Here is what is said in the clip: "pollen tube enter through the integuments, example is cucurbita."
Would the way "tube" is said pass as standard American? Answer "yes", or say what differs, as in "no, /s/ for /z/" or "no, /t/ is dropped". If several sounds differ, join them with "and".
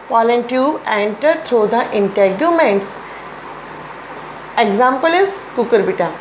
no, /b/ is dropped